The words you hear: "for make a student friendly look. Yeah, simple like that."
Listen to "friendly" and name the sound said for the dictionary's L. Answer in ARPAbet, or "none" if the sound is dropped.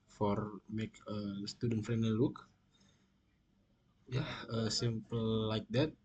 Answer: none